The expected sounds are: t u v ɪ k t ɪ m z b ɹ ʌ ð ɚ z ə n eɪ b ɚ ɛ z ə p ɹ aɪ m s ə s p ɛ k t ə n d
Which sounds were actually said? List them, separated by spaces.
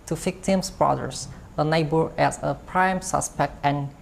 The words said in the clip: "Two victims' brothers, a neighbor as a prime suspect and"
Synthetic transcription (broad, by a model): t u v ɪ k t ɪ m s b ɹ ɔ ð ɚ s ə n eɪ b ɚ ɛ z ə p ɹ aɪ m s ə s p ɛ k t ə n